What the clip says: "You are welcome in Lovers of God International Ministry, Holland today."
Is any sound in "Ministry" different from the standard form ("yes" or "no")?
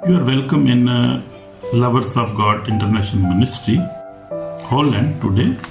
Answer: no